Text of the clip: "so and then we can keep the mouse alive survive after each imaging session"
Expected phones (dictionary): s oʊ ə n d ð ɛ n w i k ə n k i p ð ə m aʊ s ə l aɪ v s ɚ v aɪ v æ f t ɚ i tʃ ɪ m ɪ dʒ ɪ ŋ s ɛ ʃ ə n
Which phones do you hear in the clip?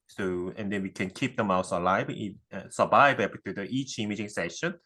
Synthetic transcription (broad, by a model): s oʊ ə n d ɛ n w i k ə n k i p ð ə m aʊ s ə l aɪ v s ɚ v aɪ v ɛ p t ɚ i tʃ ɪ m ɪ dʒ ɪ ŋ s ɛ ʃ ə n